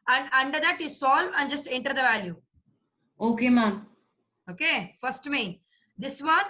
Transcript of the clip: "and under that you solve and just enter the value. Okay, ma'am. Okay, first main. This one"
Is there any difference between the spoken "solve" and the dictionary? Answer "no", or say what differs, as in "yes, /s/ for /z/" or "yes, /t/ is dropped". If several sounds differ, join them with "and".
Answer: no